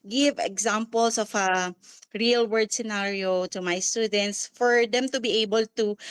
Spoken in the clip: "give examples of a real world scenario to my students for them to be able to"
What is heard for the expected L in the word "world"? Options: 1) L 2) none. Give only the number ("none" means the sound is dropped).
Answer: 2